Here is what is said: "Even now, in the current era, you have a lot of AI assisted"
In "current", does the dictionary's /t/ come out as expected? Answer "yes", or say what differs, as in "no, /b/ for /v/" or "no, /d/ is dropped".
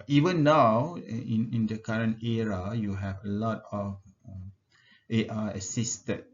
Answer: yes